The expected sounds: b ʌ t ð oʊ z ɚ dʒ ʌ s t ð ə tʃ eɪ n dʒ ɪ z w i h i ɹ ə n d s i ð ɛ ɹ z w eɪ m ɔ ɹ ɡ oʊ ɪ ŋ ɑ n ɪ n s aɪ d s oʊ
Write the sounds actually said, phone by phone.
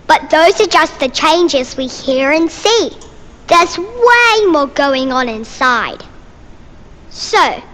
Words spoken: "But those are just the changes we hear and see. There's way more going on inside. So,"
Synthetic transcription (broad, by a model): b ʌ t ð oʊ z ɚ dʒ ʌ s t ð ə tʃ eɪ n dʒ ɪ z w i h i ɹ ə n s i ð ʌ ɹ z w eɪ m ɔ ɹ ɡ oʊ ɪ ŋ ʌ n ɪ n s aɪ d s oʊ